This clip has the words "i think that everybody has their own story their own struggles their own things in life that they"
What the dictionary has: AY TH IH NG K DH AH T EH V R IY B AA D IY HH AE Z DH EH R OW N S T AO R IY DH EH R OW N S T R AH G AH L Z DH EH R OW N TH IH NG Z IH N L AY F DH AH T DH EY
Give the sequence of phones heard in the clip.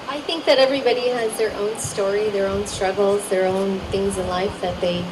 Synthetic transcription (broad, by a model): AY TH IH NG K DH AH T EH V R IY B AA D IY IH Z DH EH R OW N S T AO R IY DH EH R OW N S T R AH G L Z DH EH R OW N TH IH NG Z IH N L AY F DH AH T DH EY